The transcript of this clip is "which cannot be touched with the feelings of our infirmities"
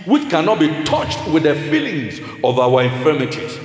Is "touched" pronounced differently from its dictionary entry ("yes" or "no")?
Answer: no